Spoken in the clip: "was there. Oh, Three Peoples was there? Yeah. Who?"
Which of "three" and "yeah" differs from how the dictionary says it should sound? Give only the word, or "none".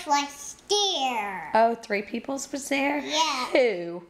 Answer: none